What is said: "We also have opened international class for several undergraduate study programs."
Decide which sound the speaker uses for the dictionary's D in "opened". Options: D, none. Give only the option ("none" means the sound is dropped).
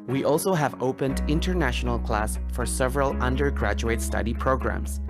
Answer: D